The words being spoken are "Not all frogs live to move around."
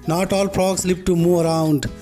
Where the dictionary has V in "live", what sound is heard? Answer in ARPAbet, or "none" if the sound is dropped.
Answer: P